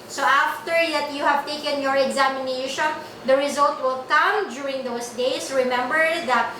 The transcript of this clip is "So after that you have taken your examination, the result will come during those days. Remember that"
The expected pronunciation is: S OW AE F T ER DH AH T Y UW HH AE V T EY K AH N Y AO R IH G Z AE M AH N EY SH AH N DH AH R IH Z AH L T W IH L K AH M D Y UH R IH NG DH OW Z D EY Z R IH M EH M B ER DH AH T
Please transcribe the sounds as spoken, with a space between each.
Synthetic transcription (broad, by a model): S OW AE F T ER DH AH T Y UW HH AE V T EY K AH N Y AO R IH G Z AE M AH N EY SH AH N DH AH R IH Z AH L T W IH L K AH M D Y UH R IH NG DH OW S D EY S R IH M EH M B ER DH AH T